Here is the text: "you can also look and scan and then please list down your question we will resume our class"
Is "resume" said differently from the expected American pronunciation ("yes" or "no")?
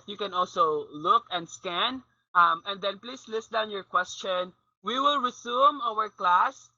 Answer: yes